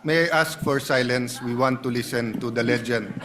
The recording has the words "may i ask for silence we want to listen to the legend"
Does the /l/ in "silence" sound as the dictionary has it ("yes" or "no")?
yes